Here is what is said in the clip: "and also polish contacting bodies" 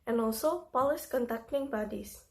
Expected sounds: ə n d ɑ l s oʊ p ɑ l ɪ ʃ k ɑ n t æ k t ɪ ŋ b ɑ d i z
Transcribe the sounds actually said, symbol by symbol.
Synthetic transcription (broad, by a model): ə n ɑ l s oʊ p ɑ l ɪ s k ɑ n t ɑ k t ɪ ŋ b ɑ d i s